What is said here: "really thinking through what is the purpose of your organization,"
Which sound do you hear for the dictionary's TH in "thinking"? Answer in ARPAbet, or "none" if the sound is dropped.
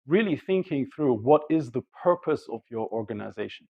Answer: TH